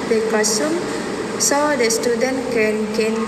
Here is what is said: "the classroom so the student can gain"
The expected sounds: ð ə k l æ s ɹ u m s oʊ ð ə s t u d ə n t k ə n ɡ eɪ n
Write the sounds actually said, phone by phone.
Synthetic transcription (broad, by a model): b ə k ɔ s u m s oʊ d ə s t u d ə n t k ə n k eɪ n